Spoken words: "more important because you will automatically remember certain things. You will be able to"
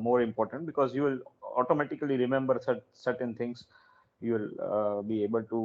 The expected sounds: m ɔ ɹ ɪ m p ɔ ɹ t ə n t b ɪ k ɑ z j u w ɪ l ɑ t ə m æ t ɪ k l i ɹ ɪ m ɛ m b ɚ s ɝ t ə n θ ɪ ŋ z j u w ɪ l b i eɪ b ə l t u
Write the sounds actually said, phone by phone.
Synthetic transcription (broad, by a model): m ɔ ɹ ɪ m p ɔ ɹ t ə n t b ɪ k ɑ z j u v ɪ l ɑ t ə m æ t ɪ k l i ɹ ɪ m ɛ m b ɚ s ɝ t ə n t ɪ ŋ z j u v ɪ l b i eɪ b ə l t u